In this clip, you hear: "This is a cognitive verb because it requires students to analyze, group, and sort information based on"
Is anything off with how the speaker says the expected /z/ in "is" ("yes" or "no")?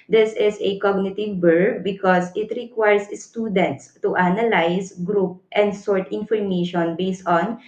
yes